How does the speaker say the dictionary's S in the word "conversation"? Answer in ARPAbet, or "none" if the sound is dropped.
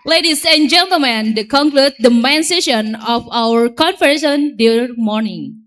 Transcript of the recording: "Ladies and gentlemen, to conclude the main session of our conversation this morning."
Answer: none